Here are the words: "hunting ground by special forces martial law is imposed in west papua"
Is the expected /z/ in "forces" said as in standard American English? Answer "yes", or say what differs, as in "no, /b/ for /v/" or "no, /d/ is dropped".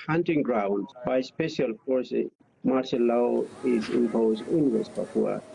no, /z/ is dropped